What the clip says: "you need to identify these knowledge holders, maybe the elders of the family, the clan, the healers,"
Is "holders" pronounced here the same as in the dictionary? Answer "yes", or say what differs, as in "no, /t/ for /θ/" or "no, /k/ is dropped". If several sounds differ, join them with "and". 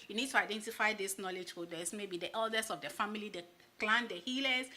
no, /l/ is dropped